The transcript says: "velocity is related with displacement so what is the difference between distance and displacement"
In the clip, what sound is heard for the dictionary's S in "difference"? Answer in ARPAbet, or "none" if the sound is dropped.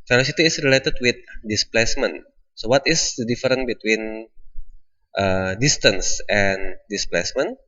none